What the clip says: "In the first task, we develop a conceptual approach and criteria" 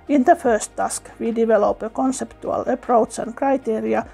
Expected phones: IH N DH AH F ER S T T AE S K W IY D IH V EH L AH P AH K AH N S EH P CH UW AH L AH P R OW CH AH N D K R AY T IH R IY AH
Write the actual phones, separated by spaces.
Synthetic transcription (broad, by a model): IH N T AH F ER S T T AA S K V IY D IH V EH L AH P AH K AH N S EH P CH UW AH L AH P R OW S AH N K R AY T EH R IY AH